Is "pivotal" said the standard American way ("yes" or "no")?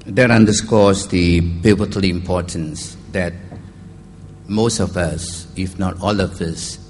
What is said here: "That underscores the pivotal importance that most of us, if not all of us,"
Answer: no